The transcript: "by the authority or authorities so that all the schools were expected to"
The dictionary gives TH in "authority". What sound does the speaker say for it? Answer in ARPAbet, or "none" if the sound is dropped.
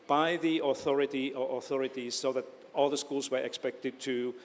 TH